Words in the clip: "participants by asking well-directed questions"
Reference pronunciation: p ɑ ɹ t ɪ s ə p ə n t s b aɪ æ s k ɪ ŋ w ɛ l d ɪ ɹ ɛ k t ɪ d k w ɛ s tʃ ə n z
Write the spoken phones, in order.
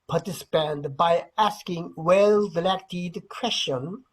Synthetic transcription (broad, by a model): p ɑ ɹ t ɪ s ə p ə n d b aɪ æ s k ɪ ŋ w ɛ l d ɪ l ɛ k t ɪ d k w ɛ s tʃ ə n